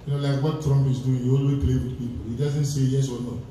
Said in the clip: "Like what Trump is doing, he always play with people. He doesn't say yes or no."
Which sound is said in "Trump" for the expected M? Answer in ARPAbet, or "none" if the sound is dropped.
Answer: M